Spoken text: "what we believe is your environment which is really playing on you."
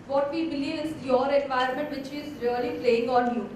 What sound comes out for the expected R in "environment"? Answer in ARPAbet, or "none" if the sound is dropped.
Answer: none